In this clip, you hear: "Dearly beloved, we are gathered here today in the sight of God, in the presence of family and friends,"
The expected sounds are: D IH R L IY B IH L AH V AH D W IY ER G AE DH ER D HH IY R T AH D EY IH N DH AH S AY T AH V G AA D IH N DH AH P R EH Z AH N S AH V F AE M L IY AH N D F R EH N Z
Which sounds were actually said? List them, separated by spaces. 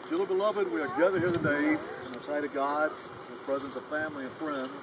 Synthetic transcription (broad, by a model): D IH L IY B IH L AH V AH D W IY ER G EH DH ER HH IY R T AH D EY IH N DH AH S AY T AH V G AA D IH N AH P R EH Z AH N S AH V F AE M L IY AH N F R EH N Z